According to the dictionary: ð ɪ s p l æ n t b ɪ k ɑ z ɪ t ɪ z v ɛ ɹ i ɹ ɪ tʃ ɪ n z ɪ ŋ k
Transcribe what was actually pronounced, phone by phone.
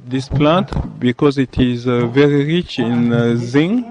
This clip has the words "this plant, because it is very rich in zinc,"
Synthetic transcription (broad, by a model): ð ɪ s p l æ n t b ɪ k ɑ z ɪ t ɪ z v ɛ ɹ i ɹ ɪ tʃ ɪ n z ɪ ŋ